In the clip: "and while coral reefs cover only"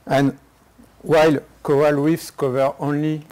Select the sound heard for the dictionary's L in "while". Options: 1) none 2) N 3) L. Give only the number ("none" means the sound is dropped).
3